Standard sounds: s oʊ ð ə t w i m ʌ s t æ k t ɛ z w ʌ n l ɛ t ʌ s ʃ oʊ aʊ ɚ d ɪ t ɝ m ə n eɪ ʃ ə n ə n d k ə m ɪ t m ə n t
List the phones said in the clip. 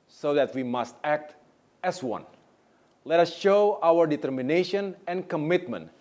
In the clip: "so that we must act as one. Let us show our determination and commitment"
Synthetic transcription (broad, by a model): s oʊ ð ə t w i m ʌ s t æ k t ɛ s w ʌ n l ɛ t ʌ s ʃ oʊ aʊ ɚ d ɪ t ɝ m ə n eɪ ʃ ə n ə n k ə m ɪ t m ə n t